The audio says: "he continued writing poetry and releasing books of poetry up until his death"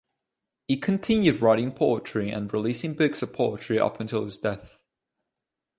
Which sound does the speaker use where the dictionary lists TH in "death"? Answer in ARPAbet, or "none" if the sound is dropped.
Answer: TH